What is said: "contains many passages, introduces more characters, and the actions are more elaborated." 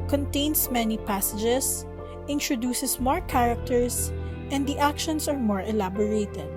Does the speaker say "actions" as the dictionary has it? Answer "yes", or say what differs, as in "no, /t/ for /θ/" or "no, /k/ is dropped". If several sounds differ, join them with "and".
no, /s/ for /z/